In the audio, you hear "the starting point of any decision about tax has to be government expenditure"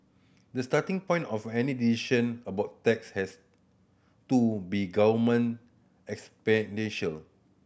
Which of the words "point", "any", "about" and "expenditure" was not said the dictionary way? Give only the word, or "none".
expenditure